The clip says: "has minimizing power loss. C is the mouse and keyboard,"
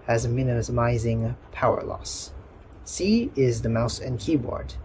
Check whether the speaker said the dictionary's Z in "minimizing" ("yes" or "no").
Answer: yes